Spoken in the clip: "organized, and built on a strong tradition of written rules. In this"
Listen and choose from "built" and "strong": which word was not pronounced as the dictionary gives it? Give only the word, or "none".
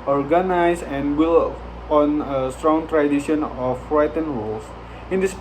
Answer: built